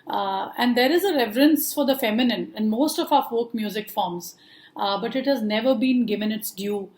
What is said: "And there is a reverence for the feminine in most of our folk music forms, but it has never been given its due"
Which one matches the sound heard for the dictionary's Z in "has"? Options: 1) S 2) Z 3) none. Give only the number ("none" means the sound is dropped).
2